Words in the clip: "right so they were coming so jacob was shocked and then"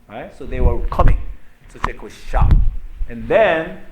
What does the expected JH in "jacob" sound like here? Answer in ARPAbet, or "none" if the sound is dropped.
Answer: CH